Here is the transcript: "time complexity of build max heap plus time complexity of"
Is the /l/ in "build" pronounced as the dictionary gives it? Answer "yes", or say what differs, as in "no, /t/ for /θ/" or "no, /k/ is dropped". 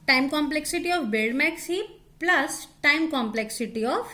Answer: no, /l/ is dropped